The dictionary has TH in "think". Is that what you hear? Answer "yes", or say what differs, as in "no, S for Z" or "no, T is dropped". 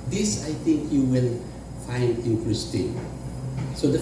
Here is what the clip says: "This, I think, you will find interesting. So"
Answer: no, T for TH